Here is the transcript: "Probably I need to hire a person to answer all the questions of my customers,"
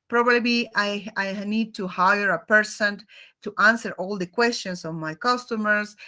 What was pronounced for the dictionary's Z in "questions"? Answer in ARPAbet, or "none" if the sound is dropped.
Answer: S